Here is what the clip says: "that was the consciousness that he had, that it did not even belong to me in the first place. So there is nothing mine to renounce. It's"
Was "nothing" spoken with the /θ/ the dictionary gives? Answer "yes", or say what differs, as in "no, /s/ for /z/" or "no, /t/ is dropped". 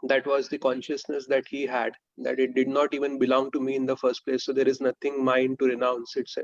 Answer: no, /t/ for /θ/